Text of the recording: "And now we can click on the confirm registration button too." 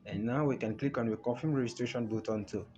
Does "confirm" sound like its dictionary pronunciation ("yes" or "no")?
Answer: no